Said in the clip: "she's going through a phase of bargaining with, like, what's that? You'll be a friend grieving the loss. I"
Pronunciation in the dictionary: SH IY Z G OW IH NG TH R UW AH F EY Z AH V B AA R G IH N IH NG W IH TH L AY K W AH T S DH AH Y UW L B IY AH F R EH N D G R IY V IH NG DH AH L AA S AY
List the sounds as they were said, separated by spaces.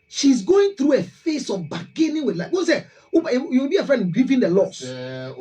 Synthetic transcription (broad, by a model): SH IY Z G OW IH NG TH R UW AH F EY S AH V B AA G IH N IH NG W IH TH L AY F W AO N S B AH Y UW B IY AH F R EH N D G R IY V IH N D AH L AA S